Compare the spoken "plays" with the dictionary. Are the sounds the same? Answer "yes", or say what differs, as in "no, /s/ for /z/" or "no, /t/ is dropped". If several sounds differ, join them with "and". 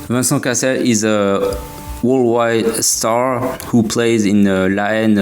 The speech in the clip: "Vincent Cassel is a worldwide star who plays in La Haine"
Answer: yes